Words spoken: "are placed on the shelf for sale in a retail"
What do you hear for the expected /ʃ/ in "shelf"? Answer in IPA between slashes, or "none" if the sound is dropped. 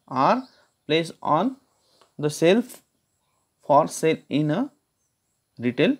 /s/